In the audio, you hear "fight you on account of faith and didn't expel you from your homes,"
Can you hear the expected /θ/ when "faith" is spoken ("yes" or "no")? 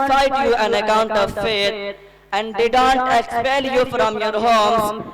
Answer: no